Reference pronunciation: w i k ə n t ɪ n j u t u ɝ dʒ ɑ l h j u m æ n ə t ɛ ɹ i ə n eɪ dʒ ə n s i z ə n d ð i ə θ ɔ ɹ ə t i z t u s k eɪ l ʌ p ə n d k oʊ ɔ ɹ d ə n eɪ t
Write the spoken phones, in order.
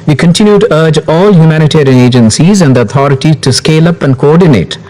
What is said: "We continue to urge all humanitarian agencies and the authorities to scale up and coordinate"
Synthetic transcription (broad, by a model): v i k ə n t ɪ n j u t u ɝ dʒ ɑ l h j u m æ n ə t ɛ ɹ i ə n eɪ dʒ ə n s i z ə n d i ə t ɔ ɹ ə t i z t u s k eɪ l ʌ p ə n d k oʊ ɔ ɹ d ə n eɪ t